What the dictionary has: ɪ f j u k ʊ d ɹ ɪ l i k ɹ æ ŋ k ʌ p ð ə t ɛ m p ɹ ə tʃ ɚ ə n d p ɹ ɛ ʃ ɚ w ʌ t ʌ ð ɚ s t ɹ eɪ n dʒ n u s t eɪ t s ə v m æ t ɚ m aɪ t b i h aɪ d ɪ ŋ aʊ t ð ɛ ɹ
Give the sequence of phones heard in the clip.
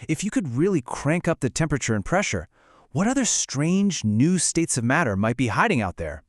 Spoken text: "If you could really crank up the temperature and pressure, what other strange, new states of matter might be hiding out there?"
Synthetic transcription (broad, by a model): ɪ f j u k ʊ d ɹ ɪ l i k ɹ æ ŋ k ʌ p ð ə t ɛ m p ɹ ə tʃ ɚ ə n p ɹ ɛ ʃ ɚ w ʌ t ʌ ð ɚ s t ɹ eɪ n dʒ n u s t eɪ t s ə v m æ t ɚ m aɪ t b i h aɪ d ɪ ŋ aʊ t ð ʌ ɹ